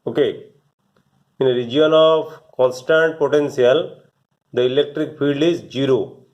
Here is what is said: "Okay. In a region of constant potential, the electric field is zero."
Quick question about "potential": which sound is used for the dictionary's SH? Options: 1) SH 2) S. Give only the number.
2